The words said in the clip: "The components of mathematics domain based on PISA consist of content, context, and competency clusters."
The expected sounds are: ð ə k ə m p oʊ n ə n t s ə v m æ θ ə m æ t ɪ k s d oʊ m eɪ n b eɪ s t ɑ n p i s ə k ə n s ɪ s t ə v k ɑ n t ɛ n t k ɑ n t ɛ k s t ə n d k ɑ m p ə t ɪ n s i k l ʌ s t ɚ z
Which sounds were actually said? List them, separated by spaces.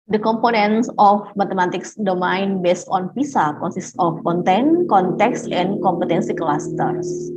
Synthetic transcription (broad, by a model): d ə k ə m p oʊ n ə n s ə f m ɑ t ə m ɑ t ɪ k s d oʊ m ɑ n b eɪ s t ɑ n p i s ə k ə n s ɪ s t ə f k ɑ n t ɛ n k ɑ n t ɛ k s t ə n k ɑ m p ə t ɪ n s i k l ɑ s t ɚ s